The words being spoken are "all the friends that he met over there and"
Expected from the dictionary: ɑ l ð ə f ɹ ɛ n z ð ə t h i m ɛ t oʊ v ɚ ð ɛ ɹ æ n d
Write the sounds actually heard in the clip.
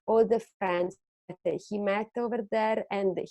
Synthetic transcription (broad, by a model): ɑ l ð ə f æ n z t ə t h i m ɛ t oʊ v ɚ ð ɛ ɹ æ n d